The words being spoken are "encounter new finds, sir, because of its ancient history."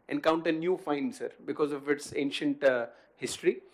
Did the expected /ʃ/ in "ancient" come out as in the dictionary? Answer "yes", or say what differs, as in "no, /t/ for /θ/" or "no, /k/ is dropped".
yes